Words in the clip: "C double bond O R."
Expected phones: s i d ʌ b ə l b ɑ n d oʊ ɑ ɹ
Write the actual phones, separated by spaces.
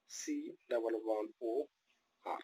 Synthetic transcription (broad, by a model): s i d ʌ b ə l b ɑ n oʊ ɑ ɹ